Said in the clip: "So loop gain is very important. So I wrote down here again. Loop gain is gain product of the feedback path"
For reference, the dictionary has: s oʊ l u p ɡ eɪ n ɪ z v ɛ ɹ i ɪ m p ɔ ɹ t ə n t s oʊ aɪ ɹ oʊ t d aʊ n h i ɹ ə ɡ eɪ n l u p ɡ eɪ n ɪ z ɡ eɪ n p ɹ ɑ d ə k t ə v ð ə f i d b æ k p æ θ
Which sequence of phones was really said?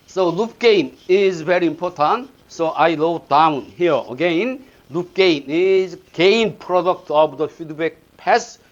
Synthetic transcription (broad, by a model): s oʊ l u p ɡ eɪ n ɪ z v ɛ ɹ i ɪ m p ɔ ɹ t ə n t s oʊ aɪ l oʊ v d aʊ n h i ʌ ə ɡ eɪ n l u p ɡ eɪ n ɪ z ɡ eɪ n p ɹ ɑ d ə k t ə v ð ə f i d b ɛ k p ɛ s